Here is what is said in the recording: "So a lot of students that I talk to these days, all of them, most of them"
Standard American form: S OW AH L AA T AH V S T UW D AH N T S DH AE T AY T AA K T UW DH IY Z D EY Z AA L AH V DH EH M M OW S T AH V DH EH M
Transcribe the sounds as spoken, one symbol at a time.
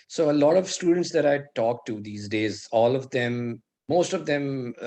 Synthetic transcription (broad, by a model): S OW AH L AA T AH V S T UW D AH N T S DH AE T AY T AA K T UW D IY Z D EY Z AA L AH V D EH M M OW S T AH V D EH M